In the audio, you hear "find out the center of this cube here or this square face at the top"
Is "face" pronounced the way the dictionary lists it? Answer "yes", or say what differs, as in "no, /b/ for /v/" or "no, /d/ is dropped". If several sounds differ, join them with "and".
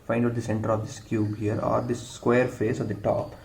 yes